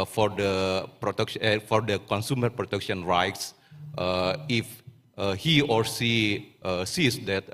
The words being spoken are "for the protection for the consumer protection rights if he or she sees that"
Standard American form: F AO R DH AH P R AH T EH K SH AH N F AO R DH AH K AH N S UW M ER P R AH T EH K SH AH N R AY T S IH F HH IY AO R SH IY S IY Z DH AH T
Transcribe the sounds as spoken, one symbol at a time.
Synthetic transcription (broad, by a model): F AO R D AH P R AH T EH K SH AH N F AO R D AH K AH N S UW M ER P R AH T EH K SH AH N R AY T S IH F HH IY AO R S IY S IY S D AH T